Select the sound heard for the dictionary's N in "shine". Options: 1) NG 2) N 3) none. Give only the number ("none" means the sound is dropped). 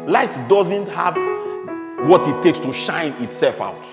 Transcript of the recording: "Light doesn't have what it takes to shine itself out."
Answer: 2